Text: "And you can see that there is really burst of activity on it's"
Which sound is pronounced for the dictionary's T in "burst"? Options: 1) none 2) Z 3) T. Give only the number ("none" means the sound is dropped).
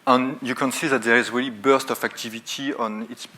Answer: 3